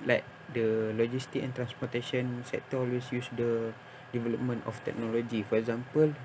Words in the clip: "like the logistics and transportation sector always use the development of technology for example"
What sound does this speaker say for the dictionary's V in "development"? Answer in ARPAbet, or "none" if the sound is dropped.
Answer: V